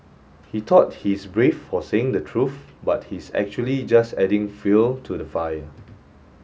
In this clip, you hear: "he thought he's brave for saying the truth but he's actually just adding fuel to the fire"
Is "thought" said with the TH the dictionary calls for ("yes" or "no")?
no